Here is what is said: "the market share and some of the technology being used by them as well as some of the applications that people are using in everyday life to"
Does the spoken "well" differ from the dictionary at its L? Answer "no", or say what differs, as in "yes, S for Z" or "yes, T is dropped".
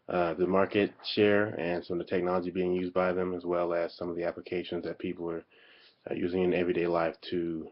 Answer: no